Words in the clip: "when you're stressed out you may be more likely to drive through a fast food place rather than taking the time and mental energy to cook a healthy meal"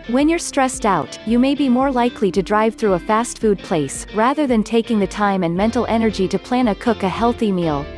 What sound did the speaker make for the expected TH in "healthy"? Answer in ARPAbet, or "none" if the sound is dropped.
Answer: TH